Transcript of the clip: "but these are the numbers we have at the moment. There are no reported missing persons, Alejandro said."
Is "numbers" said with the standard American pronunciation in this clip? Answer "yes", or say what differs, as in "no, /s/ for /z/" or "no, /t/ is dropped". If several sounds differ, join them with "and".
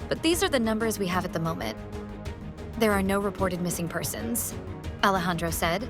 yes